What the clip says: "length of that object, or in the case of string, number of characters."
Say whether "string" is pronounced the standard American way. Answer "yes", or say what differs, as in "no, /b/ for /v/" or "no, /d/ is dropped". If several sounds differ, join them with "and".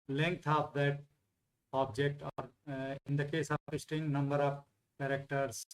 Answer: no, /ɹ/ is dropped